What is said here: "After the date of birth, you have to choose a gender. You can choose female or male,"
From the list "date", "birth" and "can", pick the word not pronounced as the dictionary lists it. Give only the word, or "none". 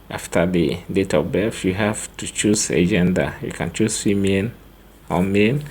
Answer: birth